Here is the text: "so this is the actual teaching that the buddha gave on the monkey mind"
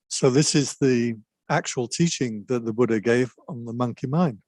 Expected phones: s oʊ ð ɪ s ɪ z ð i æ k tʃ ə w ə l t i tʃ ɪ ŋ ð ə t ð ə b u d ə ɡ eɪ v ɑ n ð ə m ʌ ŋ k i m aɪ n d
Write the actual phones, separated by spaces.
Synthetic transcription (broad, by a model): s oʊ ð ɪ s ɪ z ð i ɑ k tʃ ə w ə l t i tʃ ɪ ŋ ð ə t ð ə b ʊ d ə ɡ eɪ v n ð ə m ʌ ŋ k i m aɪ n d